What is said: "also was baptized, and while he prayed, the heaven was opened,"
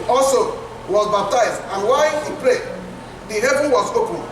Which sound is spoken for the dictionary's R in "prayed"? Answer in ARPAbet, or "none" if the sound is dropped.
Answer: L